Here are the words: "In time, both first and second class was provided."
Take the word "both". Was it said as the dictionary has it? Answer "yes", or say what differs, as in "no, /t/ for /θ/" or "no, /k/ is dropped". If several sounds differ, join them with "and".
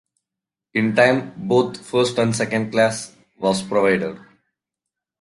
no, /t/ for /θ/